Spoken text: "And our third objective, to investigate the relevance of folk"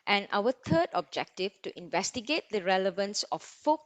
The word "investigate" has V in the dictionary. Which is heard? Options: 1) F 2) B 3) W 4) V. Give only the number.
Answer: 4